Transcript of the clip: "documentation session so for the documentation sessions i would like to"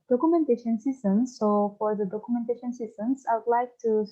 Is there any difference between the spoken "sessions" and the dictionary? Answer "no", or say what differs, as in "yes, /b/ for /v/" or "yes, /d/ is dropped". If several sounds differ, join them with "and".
yes, /s/ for /ʃ/